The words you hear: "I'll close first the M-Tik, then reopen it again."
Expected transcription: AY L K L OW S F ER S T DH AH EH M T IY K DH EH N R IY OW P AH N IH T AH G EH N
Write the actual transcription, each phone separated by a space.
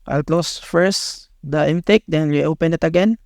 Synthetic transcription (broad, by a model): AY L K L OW S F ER S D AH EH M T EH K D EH N W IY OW P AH N IH T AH G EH N